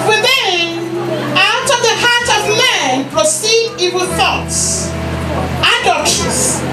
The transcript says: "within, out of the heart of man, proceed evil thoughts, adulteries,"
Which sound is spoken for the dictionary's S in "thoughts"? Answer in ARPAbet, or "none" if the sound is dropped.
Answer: S